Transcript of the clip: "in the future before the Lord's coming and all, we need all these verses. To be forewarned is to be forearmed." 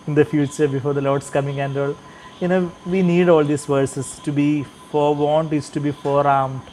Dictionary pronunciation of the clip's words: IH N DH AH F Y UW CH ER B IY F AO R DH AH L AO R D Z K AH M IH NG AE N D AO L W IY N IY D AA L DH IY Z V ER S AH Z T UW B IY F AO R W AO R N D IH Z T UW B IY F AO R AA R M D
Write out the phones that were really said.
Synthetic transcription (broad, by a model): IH N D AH F Y UW CH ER B IY F AO R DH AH L AO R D S K AH M IH NG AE N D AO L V IY N IY D AA L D IY S V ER S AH S T UW B IY F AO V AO N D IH S T UW B IY F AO R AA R M